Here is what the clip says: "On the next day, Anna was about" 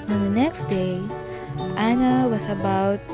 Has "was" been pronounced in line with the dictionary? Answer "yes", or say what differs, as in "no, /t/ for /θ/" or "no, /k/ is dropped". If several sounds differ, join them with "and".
no, /s/ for /z/